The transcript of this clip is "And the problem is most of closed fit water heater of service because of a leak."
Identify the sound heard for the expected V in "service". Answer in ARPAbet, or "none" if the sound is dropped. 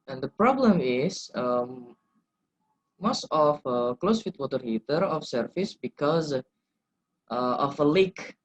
F